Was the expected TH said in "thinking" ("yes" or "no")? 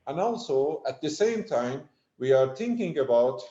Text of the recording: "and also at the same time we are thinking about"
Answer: no